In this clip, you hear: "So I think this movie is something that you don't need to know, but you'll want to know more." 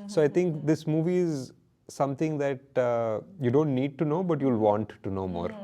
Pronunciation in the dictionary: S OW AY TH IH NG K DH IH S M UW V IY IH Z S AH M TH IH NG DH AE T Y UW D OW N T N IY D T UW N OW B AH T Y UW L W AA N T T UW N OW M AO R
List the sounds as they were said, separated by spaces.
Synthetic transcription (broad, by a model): S OW AY T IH NG K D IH S M UW V IY IH Z S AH M T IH NG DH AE T Y UW D OW N T N IY D T UW N OW B AH T Y UW L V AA N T T UW N OW M AO R